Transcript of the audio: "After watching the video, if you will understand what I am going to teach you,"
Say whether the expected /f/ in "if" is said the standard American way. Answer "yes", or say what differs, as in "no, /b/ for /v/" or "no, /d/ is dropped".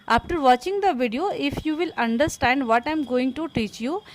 yes